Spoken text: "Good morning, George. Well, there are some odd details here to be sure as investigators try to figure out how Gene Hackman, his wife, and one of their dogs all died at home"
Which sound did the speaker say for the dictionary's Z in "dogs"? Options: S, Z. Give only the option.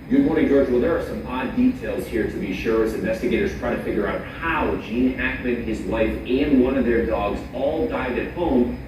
Z